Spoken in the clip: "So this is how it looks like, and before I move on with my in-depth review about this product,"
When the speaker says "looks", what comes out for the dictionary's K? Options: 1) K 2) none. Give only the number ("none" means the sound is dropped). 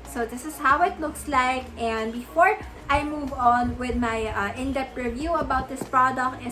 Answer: 1